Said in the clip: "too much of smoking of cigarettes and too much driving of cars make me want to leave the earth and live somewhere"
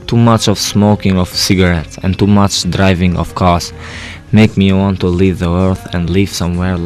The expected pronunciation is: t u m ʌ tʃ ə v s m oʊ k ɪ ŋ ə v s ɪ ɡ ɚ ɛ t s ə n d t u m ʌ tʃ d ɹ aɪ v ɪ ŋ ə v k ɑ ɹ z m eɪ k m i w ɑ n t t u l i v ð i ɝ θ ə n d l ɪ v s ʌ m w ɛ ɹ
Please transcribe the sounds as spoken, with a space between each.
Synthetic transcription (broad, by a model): t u m ʌ tʃ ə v s m oʊ k ɪ ŋ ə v s ɪ ɡ ɚ ɛ t s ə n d t u m ʌ tʃ d ɹ aɪ v ɪ ŋ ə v k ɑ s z m eɪ k m i w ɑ n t t u l i v ð i ɝ θ ə n d l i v s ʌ m w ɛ ɹ